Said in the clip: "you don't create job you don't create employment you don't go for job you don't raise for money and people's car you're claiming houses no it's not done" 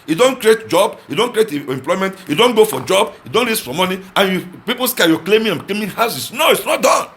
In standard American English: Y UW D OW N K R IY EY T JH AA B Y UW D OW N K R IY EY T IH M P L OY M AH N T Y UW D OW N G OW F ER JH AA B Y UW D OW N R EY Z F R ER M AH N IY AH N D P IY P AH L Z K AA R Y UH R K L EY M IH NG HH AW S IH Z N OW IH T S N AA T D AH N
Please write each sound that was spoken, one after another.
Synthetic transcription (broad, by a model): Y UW D OW N K R IY EY T JH AA B Y UW D OW N K R IY EY T IH M P L OY M AH N T Y UW D OW N G OW F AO JH AA B Y UW D OW N L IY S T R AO M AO N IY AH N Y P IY P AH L S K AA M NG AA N K L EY M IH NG HH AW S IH S N OW IH T S N AA T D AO N